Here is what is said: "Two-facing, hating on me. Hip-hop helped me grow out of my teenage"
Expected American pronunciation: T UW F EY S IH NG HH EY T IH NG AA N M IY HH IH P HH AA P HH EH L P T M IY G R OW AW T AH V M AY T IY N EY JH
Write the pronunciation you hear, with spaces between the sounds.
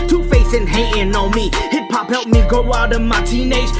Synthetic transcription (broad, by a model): T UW F EY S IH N HH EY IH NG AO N M IY HH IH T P AA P HH EH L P M IY G OW AW T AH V M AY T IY N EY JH